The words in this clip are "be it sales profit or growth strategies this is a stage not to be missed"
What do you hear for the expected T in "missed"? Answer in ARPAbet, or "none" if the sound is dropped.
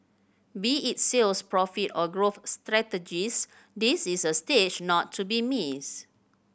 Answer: none